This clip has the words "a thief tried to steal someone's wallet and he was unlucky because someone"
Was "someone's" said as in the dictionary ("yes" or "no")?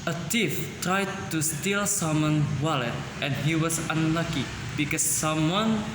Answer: no